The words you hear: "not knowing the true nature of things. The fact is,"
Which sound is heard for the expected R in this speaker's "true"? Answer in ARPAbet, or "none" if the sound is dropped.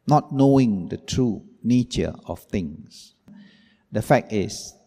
R